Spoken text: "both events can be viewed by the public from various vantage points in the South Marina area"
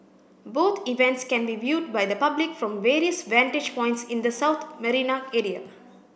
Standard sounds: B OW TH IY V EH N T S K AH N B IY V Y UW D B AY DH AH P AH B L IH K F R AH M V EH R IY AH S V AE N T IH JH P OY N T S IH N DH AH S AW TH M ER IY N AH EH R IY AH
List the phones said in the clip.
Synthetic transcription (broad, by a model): B OW T IY V EH N T S K AH N B IY V Y UW D B AY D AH P AH B L IH K F R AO M V EH R IY AH S V AE N T IH JH P OY N T S IH N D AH S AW T M ER IY N AH EH R IY AH